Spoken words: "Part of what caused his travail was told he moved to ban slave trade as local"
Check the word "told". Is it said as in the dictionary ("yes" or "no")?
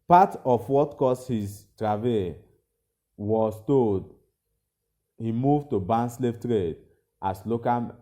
no